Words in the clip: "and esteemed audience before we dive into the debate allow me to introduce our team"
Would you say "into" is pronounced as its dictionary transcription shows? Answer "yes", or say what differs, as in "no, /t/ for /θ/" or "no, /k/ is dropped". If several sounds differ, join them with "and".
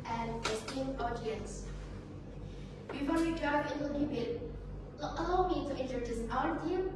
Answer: no, /l/ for /n/